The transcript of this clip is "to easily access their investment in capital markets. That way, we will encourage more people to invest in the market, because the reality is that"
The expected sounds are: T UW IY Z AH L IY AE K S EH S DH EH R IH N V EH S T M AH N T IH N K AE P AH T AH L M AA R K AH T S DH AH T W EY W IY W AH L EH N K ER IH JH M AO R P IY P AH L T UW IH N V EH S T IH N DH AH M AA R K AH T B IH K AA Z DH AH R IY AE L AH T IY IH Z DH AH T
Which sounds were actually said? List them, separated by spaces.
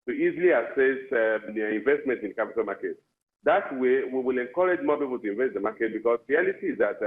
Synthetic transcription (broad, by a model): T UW IY Z AH L IY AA S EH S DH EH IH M V EH S T M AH N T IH N K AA P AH T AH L M AA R K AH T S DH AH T W EY W IY W AH L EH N K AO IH JH M AO P IY P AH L T UW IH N V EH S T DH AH M AA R K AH T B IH K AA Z R IY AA L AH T IY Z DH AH T